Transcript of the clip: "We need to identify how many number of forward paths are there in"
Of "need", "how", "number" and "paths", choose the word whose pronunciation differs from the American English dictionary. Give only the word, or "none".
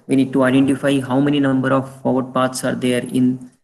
paths